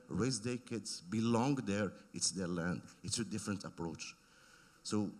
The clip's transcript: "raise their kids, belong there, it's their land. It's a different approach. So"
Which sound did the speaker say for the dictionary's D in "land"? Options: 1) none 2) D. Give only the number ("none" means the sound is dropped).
2